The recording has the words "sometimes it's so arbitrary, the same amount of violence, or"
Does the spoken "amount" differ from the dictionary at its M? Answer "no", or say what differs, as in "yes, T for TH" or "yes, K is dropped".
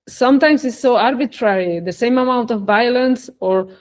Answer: no